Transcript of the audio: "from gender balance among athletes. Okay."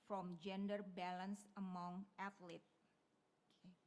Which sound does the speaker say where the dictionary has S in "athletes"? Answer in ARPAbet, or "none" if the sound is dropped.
none